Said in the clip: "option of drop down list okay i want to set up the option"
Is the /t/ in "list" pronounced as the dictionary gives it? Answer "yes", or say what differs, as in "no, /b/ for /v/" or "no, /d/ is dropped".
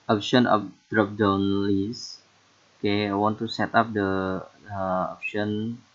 no, /t/ is dropped